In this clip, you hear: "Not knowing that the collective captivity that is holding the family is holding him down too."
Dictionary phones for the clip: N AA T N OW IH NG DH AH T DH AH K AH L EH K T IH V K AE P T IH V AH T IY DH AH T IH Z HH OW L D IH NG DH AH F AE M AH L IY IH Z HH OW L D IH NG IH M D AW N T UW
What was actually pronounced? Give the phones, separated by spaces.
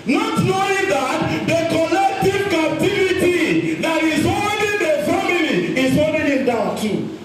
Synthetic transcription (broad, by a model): N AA T N OW IH NG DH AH T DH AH K AH L EH K T IH V K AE P T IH V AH T IY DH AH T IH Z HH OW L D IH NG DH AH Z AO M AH N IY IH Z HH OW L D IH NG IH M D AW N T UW